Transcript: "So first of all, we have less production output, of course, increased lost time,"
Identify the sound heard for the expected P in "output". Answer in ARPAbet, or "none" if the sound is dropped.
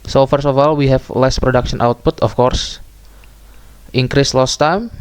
P